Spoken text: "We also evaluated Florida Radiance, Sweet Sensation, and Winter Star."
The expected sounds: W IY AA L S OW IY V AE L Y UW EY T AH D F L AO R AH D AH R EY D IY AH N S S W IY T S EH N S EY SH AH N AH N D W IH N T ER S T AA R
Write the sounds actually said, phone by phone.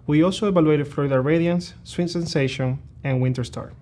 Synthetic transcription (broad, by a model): W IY AA L S OW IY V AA L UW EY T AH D F AO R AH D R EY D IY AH N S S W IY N S EH N S EY SH AH N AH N W IH N T ER S T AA R